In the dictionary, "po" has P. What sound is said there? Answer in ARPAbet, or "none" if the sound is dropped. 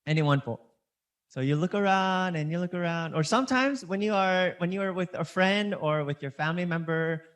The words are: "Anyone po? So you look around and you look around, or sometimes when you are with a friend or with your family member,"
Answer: F